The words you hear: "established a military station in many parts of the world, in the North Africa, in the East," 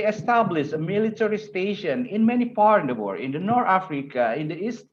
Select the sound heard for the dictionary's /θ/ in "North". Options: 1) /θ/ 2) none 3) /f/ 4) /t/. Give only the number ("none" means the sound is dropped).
4